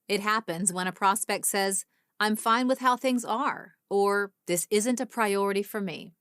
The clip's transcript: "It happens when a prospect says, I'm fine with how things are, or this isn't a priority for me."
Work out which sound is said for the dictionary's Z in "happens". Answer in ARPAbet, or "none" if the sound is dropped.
Z